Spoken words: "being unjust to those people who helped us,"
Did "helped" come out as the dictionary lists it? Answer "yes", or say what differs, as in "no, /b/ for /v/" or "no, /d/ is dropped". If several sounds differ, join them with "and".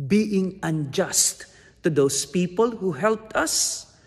yes